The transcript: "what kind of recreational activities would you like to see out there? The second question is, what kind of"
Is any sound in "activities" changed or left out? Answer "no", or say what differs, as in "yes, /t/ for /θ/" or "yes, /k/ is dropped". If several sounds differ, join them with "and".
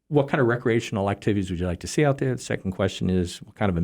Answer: no